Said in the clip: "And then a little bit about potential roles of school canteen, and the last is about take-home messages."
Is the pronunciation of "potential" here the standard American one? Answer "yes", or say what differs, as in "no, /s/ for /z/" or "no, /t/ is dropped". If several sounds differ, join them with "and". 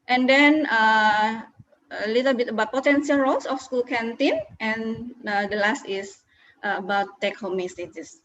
no, /s/ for /ʃ/